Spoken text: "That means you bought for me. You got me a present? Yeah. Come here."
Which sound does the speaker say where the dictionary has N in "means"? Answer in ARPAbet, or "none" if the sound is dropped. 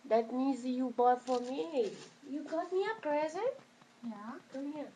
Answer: none